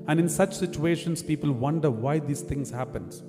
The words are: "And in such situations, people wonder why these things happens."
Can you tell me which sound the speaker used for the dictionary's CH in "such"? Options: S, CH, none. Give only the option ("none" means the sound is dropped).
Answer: CH